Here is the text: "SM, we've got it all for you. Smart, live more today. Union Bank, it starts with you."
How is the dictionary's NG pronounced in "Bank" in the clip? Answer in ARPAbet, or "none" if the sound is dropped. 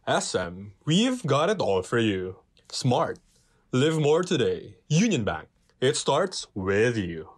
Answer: NG